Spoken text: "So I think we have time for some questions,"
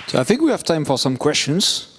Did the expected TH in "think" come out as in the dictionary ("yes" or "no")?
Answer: yes